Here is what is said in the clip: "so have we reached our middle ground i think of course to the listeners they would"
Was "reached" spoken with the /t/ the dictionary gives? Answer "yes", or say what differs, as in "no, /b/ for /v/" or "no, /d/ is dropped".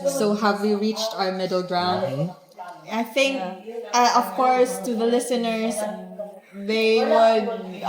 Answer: yes